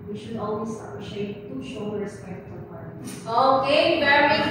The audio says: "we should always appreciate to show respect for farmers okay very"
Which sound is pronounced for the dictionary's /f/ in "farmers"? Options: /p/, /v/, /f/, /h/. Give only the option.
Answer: /p/